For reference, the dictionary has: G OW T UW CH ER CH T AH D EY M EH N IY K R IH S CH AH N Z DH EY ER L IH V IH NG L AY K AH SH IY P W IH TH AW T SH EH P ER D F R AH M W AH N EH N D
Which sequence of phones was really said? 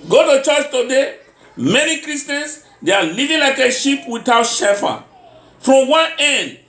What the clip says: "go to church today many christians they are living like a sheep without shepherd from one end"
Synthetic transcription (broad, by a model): G OW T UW CH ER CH T AH D EY M EH N IY K R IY S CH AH N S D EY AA L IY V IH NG L AY K AH SH IY P W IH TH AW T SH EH F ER F R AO M W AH N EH N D